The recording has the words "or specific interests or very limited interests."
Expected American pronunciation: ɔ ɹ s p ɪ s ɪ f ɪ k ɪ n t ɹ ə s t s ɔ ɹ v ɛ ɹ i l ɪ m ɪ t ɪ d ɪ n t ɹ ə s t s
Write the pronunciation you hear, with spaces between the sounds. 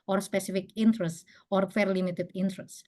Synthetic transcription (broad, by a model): ɔ ɹ s p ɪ s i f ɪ k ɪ n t ɹ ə s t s ɔ ɹ f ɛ ɹ l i m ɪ t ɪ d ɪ n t ɹ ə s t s